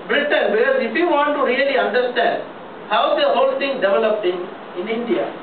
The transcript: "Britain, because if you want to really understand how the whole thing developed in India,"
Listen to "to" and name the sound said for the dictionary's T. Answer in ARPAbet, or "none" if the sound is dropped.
T